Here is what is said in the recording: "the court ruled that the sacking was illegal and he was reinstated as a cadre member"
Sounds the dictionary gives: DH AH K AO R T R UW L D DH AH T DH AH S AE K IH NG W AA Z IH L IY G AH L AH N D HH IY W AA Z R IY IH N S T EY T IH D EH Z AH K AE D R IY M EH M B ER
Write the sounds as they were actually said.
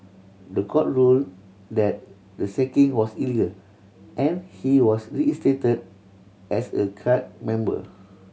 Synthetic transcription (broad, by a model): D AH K AO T R UW L D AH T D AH S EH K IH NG W AA S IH L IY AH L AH N HH IY W AA S R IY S T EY T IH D EH S AH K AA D M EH M B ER